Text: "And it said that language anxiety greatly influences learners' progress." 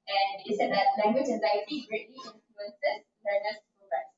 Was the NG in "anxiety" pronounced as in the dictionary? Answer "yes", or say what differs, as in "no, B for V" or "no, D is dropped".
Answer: no, NG is dropped